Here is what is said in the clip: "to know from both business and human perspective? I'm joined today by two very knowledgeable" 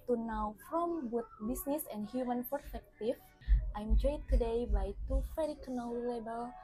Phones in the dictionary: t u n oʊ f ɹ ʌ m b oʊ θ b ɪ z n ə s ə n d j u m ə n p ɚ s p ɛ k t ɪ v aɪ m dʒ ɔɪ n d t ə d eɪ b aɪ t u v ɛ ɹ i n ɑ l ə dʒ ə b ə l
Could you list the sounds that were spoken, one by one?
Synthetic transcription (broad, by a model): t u n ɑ f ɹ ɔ m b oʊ t b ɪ s n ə s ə n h j u m ə n p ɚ s p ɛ k t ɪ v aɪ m dʒ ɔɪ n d t ə d eɪ b aɪ t u f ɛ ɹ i n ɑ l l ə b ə l